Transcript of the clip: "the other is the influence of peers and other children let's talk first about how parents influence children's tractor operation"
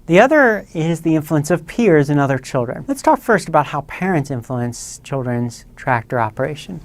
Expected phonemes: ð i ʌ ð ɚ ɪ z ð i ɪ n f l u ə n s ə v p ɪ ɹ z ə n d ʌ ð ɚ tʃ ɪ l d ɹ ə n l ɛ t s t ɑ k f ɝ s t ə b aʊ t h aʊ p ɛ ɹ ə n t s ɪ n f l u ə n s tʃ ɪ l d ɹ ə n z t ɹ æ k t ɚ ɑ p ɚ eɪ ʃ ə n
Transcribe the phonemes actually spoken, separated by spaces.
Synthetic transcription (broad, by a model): ð i ʌ ð ɚ ɪ z ð i ɪ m f l u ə n s ə v p ɪ ɹ z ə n ʌ ð ɚ tʃ ɪ l d ɹ ə n l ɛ t s t ɑ k f ɝ s t ə b aʊ t h aʊ p ɛ ɹ ə n t s ɪ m f l u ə n s tʃ ɪ l d ɹ ə n z t ɹ æ k t ɚ ɑ p ɚ eɪ ʃ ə n